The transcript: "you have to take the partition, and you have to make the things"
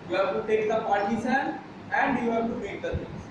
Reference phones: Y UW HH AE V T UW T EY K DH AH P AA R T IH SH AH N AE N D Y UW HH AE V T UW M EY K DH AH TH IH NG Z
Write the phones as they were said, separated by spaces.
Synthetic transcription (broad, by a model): Y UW HH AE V T UW T EY K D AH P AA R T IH S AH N AE N D Y UW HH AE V T UW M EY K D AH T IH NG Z